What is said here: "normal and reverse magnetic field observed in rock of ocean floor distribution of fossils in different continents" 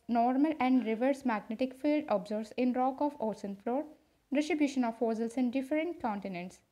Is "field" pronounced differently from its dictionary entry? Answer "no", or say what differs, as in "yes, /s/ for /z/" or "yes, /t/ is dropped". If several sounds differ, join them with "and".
no